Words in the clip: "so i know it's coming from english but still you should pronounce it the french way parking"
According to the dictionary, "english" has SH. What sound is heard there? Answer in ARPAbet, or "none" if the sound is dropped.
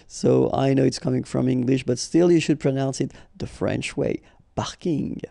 SH